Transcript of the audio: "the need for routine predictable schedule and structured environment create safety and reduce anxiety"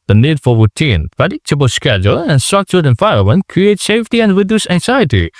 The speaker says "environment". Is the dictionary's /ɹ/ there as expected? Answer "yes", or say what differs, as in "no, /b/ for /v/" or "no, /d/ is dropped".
no, /ɹ/ is dropped